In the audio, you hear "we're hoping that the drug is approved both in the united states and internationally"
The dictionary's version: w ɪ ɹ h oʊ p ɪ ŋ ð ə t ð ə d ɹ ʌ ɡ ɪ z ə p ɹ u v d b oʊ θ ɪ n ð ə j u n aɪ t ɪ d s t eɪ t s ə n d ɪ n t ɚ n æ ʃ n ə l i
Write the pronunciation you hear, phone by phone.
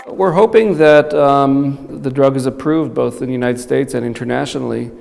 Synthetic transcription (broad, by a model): w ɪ ɹ h oʊ p ɪ ŋ ð ə t ð ə d ɹ ʌ ɡ ɪ z ə p ɹ u v d b oʊ θ ɪ n ð ə j u n aɪ t ɪ d s t eɪ t s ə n ɪ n t ɚ n æ ʃ n l i